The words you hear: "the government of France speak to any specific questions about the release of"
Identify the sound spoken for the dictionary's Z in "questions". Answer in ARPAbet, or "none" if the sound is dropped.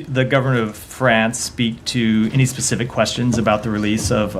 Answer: Z